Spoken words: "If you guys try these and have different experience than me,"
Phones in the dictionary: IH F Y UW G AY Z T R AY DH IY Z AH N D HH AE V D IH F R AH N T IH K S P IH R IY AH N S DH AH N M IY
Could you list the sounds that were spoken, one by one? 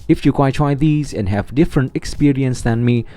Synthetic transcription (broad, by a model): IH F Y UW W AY T R AY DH IY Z AH N D HH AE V D IH F R AH N T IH K S P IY R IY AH N S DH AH N M IY